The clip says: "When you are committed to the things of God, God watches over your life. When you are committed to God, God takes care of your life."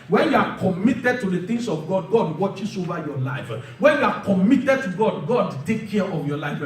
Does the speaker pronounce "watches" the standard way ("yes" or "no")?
no